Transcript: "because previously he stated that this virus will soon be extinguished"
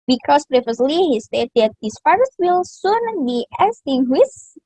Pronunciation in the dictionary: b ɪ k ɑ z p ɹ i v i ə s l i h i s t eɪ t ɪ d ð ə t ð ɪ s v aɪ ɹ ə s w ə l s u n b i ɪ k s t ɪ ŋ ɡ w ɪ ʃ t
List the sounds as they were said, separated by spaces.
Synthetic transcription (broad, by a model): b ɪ k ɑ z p ɹ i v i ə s l i h i s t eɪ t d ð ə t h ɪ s f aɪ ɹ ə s w ə l s u n b i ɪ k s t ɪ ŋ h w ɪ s